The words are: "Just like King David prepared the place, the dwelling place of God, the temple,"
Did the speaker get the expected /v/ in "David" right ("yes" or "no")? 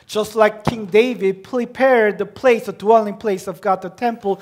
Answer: yes